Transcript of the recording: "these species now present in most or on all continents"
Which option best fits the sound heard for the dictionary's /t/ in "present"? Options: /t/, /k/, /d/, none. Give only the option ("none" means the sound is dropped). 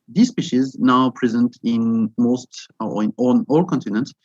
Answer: /t/